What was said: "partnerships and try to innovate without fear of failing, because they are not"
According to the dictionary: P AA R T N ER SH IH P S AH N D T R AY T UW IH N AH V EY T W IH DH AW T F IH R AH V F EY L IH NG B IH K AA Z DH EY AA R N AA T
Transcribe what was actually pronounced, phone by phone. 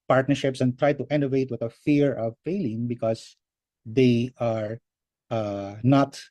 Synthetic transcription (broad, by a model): P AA R T N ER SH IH P S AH N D T R AY T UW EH N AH V EY T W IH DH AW F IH R AH V F EY L IH NG B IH K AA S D EY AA R N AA T